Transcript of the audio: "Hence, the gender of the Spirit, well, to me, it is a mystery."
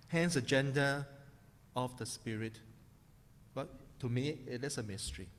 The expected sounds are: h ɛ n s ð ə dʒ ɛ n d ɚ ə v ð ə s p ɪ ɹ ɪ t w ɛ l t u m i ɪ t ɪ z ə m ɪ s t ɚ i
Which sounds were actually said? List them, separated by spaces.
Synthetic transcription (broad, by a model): h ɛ n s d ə dʒ ɛ n d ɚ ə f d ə s p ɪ ɹ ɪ t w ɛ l t u m i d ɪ s ə m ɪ s t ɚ i